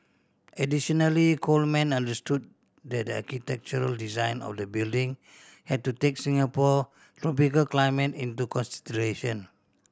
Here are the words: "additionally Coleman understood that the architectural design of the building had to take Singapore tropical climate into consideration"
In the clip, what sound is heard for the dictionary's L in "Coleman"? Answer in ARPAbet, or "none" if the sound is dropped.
L